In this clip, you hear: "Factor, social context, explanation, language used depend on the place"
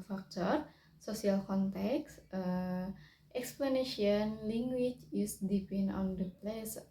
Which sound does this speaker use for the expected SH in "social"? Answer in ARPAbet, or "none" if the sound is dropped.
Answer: S